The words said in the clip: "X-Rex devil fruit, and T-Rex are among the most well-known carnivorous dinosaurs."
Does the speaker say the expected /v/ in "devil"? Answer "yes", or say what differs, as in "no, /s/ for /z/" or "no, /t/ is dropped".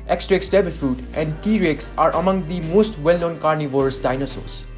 no, /b/ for /v/